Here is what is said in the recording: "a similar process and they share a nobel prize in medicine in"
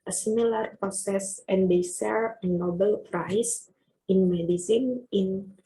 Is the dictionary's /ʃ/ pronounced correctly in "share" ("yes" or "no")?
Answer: no